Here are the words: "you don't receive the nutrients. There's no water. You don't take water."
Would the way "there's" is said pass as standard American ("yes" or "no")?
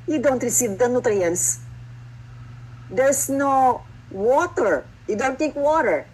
no